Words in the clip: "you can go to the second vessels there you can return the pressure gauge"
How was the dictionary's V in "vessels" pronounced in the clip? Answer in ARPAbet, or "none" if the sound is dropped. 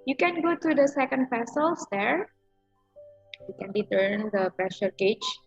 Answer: P